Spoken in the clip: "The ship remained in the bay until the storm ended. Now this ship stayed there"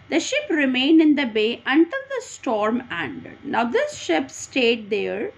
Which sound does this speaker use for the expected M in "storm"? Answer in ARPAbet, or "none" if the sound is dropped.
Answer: M